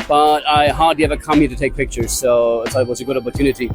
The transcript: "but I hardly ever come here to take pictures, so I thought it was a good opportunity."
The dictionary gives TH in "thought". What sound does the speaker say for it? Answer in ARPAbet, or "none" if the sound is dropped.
S